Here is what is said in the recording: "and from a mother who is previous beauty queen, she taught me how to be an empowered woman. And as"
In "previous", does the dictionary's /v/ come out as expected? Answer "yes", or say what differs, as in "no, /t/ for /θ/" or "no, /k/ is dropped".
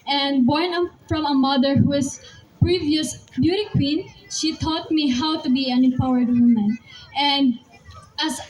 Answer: yes